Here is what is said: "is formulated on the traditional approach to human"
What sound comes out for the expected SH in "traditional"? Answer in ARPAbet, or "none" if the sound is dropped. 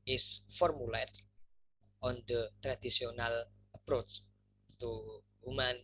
S